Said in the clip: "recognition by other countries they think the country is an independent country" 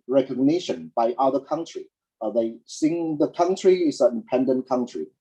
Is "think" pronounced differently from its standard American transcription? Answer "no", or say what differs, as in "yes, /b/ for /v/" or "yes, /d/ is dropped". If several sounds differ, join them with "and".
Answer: yes, /s/ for /θ/